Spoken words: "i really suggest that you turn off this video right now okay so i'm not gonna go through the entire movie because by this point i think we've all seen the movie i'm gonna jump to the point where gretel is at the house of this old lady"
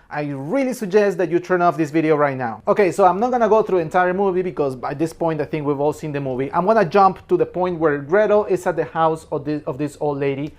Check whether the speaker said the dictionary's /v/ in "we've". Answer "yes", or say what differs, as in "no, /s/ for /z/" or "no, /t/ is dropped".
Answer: yes